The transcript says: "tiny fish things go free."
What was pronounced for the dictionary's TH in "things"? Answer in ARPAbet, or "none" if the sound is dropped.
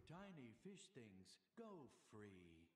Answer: TH